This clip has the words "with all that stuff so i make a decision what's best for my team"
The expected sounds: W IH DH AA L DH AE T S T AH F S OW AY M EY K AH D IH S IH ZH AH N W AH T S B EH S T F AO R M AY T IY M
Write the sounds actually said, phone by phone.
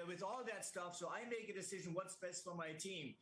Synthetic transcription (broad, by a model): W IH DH AA L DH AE T S T AH F S OW AY M EY K AH D IH S IH ZH AH N W AH T S B EH S T F AO R M AY T IY M